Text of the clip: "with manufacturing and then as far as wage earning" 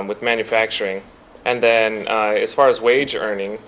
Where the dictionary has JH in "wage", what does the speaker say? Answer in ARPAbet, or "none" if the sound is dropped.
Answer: JH